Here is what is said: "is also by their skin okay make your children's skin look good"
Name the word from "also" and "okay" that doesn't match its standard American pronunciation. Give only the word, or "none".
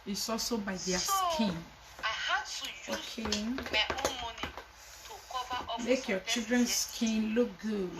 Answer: none